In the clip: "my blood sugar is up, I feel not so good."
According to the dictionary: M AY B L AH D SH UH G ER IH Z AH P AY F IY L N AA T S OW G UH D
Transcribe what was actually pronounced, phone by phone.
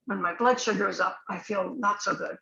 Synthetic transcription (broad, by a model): M AY B L AH D SH UH G ER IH Z AH P AY F IY L N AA T S OW G UH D